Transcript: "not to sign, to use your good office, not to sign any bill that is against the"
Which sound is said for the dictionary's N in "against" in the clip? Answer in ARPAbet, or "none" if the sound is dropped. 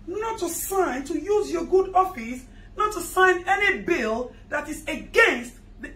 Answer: N